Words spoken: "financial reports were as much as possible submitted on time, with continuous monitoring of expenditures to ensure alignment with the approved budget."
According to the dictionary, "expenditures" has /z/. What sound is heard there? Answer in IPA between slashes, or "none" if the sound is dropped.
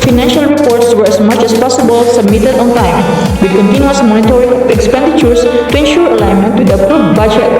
/s/